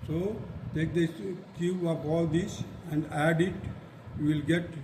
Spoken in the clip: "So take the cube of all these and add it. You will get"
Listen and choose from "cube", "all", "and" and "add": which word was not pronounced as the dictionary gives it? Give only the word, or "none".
cube